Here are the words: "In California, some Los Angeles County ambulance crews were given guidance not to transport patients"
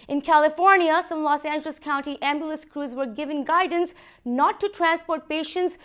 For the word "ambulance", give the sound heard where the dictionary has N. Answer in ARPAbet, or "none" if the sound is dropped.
none